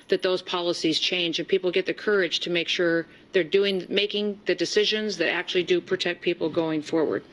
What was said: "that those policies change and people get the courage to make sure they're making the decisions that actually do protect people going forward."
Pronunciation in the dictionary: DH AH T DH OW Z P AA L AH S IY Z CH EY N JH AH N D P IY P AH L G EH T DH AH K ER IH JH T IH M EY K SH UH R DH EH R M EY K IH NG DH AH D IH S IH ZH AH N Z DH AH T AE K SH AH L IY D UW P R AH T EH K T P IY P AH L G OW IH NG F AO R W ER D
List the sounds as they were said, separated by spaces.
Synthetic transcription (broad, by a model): DH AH T DH OW Z P AA L AH S IY Z CH EY N JH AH N P IY P L G EH T DH AH K ER IH JH T IH M EY K SH UH R DH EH R M EY K IH NG DH AH D IH S IH ZH AH N Z DH AH T AE K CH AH L IY D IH P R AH T EH K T P IY P L G OW IH NG F AO R W ER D